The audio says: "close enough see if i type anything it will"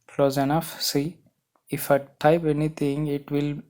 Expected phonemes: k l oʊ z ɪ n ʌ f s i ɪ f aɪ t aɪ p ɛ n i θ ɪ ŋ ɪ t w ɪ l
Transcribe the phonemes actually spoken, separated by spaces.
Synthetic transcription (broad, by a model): k l oʊ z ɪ n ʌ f s i ɪ f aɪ t aɪ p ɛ n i t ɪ ŋ ɪ t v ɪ l